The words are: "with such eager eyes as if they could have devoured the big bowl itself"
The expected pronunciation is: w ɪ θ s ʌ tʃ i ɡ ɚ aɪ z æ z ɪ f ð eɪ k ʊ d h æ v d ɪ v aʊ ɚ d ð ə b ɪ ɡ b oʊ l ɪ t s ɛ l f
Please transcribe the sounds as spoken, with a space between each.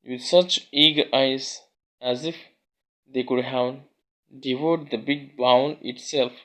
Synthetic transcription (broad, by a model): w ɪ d s ʌ tʃ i ɡ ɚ aɪ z æ z ɪ f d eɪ k ʊ d h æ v d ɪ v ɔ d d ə b ɪ ɡ b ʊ n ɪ t s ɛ l f